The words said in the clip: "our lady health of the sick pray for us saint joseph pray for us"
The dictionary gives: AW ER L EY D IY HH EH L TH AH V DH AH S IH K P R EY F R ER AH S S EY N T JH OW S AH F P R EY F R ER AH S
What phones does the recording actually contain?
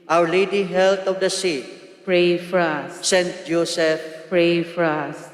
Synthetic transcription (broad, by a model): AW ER L EY D IY HH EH L T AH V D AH S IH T P R EY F R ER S S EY N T JH OW S AH F P R EY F R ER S